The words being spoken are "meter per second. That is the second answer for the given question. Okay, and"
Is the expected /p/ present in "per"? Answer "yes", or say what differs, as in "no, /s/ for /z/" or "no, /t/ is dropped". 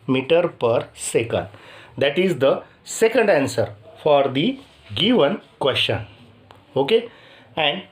yes